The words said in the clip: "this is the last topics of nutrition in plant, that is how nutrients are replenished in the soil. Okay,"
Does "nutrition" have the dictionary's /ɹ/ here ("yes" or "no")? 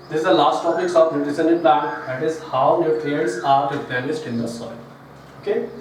no